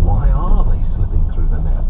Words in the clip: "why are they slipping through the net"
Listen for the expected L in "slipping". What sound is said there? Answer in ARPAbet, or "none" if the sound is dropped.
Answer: none